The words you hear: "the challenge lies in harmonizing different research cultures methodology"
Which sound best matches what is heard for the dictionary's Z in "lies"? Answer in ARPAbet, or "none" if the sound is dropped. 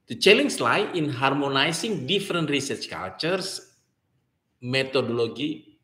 none